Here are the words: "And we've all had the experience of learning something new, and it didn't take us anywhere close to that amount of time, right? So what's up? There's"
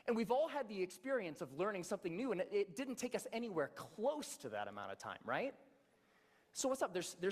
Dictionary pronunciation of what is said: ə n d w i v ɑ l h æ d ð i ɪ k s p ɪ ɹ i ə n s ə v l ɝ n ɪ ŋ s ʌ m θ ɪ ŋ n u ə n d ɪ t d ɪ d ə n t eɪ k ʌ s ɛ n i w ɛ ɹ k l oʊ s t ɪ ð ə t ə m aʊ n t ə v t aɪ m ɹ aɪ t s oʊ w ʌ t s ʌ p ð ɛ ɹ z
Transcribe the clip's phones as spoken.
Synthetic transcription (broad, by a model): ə n w i v ɑ l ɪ d ð i ɪ k s p ɪ ɹ i ə n s ə v l ɝ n ɪ ŋ s ʌ m θ ɪ ŋ n u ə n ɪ ɪ t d ɪ d n t eɪ k ʌ s ɛ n i w ɛ ɹ k l oʊ s t ɪ ð ə t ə m aʊ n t ə v t aɪ m ɹ aɪ t s oʊ w ʌ t s ʌ p ð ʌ ɹ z